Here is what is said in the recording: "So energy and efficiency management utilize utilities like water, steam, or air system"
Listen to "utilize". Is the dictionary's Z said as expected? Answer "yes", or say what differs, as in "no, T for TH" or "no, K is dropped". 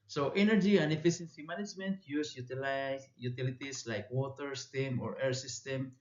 no, Z is dropped